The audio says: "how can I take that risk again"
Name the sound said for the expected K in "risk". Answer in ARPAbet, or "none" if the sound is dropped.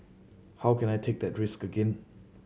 K